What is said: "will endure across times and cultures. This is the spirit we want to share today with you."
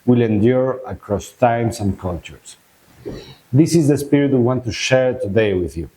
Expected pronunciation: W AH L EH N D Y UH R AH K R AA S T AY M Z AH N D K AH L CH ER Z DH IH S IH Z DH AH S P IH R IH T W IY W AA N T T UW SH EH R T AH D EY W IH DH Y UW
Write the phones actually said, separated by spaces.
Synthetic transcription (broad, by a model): W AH L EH N D Y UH R AH K R AA S T AY M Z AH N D K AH L CH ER S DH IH S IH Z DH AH S P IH R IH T W IY W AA N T T UW SH EH R T AH D EY W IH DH Y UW